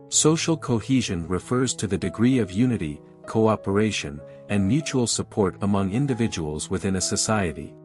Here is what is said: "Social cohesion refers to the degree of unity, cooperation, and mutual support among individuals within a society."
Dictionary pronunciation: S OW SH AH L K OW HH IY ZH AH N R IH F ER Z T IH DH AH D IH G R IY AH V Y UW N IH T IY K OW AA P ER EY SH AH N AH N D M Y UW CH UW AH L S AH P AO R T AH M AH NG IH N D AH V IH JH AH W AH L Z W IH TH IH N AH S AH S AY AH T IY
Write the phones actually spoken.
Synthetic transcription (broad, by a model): S OW SH L K OW HH IY ZH AH N R IH F ER Z T IH DH AH D IH G R IY AH V Y UW N IH T IY K OW AA P ER EY SH AH N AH N M Y UW CH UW L S AH P AO R T AH M AH NG IH N D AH V IH JH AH W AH L Z W IH TH IH N AH S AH S AY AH T IY